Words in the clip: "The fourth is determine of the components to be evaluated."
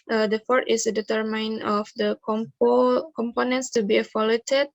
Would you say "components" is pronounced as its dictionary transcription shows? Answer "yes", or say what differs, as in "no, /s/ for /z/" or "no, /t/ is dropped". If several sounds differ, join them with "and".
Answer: yes